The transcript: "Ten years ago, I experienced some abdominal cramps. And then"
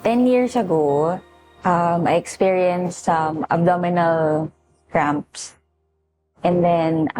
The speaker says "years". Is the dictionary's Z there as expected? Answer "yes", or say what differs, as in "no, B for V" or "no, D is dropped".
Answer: no, S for Z